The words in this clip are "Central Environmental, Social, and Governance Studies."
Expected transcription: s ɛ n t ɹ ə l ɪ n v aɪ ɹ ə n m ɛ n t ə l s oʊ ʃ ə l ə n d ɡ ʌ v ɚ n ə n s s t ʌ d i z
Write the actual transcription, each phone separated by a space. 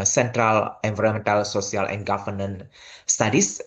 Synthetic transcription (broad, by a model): s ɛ n t ɹ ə l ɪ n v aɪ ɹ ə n m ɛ n t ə l s oʊ s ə l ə n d ɡ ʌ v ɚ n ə n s s t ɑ d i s